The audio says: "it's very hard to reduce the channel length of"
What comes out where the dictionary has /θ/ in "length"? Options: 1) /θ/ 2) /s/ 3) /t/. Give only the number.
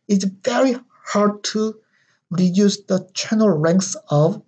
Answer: 2